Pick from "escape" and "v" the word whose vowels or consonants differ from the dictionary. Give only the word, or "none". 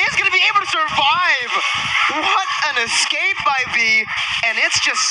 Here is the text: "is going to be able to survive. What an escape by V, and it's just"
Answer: v